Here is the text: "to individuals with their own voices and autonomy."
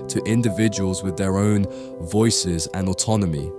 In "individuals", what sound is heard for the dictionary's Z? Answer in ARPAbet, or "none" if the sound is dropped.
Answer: Z